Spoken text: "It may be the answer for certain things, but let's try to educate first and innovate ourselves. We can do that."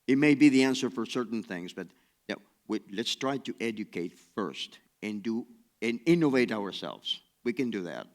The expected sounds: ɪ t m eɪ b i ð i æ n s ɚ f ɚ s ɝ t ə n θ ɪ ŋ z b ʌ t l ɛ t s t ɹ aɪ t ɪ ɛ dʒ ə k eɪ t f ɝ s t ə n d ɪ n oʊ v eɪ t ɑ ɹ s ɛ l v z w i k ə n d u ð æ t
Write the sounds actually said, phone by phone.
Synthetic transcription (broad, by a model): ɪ t m eɪ b i ð i æ n s ɚ f ɚ s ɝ t n θ ɪ ŋ z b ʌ t l ɛ t s t ɹ aɪ t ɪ ɛ dʒ ə k eɪ t f ɝ s t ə n d ɪ n oʊ v eɪ t ɑ ɹ s ɛ l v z w i k ə n d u ð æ t